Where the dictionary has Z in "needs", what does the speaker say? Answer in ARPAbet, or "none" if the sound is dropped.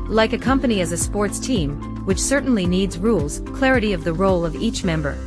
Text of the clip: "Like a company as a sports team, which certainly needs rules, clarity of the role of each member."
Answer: Z